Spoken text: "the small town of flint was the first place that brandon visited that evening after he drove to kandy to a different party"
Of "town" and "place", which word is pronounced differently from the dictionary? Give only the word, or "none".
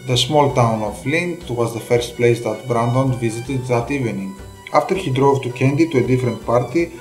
none